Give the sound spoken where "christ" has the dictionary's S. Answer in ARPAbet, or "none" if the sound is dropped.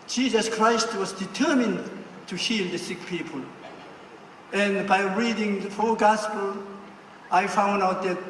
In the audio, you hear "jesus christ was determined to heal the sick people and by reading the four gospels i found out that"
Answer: S